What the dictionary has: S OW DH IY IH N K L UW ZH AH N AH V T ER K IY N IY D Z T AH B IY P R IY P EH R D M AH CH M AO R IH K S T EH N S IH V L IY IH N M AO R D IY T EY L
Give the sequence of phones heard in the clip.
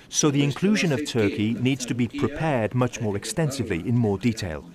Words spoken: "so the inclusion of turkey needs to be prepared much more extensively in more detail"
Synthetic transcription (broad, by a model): S OW DH IY IH N K L UW ZH AH N AH V T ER K IY N IY D Z T AH B IY P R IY P EH D M AH CH M AO R IH K S T EH N S IH V L IY IH N M AO D IY T EY L